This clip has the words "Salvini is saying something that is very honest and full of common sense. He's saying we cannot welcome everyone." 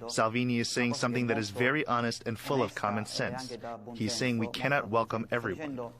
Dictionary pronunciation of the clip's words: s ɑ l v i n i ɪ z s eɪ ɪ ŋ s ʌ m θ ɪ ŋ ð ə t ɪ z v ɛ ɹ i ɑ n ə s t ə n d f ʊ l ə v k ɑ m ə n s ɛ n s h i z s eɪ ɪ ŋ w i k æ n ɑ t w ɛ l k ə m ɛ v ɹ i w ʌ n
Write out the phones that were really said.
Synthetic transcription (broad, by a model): s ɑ l v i n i ɪ z s eɪ ɪ ŋ s ʌ m θ ɪ ŋ ð ə t ɪ z v ɛ ɹ i ɑ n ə s t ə n f ʊ l ə v k ɑ m ə n s ɛ n s h i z s eɪ ɪ ŋ w i k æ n ɑ t w ɛ l k ə m ɛ v ɹ i w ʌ n